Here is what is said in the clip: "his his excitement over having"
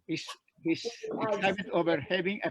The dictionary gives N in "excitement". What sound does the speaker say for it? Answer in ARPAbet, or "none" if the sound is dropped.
none